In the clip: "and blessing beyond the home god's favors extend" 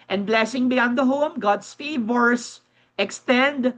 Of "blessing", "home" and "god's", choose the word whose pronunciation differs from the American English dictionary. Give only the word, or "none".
god's